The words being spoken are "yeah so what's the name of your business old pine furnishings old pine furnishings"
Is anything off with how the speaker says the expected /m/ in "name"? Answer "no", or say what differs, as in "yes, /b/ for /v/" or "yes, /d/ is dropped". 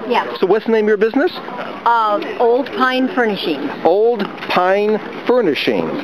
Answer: yes, /m/ is dropped